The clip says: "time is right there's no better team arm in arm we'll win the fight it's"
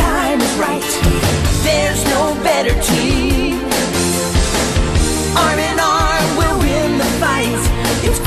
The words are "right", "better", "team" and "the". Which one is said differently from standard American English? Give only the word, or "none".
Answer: team